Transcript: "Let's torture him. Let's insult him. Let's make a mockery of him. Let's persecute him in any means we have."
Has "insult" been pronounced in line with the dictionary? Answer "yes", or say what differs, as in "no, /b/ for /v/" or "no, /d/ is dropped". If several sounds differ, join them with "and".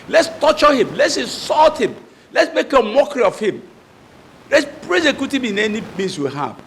no, /n/ is dropped